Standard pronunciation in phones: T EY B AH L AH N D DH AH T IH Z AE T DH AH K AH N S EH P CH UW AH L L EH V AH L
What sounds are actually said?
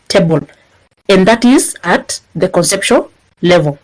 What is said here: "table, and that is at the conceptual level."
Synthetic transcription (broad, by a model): T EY B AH L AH N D DH AH T IH Z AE T DH AH K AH N S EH P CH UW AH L L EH V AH L